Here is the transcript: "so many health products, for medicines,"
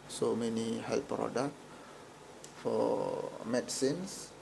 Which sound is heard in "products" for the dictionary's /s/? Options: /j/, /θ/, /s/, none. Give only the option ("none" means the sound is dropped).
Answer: none